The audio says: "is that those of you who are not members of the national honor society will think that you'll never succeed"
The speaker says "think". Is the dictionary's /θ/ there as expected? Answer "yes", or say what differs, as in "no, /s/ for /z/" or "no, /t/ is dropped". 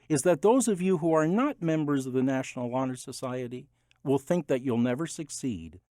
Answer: yes